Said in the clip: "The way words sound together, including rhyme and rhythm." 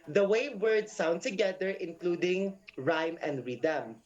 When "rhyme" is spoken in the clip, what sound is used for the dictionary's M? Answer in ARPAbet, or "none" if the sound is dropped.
M